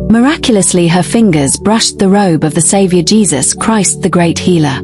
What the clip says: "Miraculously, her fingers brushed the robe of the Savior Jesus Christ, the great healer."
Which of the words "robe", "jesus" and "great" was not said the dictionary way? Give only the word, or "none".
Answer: none